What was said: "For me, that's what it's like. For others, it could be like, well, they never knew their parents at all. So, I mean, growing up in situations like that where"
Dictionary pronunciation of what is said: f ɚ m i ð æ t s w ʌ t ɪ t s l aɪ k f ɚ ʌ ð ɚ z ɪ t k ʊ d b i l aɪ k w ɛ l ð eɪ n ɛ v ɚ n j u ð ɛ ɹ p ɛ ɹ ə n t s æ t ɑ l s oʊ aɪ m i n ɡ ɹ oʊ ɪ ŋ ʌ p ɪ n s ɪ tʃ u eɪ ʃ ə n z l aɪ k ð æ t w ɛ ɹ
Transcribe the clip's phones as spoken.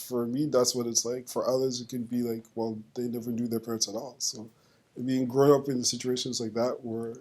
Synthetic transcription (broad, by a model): f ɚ m i ð æ t s w ʌ t ɪ t s l aɪ k f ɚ ʌ ð ɚ z ɪ t k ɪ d b i l aɪ k w ɛ l ð eɪ n ɛ v ɚ n j u ð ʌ ɹ p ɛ ɹ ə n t s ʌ t ɑ l s oʊ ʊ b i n ɡ ɹ oʊ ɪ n ʌ p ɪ n s ɪ tʃ u eɪ ʃ ə n z l aɪ k ð æ t w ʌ ɹ